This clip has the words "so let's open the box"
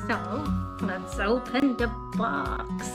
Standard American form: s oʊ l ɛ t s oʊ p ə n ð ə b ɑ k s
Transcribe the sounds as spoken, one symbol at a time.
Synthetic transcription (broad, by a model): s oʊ n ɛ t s oʊ p ə n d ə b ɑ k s